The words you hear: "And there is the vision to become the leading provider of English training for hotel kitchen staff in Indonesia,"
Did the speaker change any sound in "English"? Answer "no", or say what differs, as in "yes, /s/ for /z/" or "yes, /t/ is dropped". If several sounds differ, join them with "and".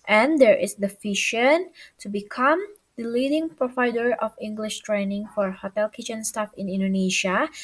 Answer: no